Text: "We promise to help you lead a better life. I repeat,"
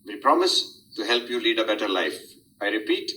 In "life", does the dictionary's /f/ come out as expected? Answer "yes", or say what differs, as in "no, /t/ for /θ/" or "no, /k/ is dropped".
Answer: yes